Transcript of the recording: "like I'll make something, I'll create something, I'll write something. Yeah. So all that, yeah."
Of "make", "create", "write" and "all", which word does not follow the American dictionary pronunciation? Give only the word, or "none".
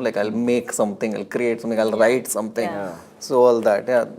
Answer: none